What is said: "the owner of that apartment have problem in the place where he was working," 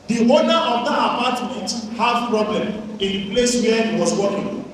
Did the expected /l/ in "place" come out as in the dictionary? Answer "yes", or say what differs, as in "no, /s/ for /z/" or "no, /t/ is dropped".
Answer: yes